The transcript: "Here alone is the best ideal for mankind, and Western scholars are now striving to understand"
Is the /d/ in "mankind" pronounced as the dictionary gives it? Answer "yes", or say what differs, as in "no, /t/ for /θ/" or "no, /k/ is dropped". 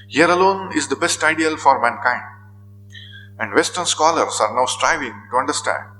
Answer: yes